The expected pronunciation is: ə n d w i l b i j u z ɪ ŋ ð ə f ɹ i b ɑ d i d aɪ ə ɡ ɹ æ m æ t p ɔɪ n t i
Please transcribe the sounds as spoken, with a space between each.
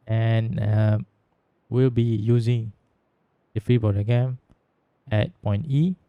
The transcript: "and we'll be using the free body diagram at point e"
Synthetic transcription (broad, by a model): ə n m w i l b i j u z ɪ ŋ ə f ɹ i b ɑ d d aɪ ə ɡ ɛ m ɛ t p ɔɪ n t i